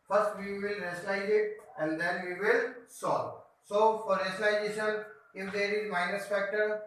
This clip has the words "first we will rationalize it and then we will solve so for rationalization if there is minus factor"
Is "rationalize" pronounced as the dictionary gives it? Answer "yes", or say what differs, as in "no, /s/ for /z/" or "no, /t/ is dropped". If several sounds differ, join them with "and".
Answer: no, /s/ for /ʃ/ and /l/ is dropped